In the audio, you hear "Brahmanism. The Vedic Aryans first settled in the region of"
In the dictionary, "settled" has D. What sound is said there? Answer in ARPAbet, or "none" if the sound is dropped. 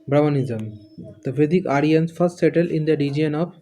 none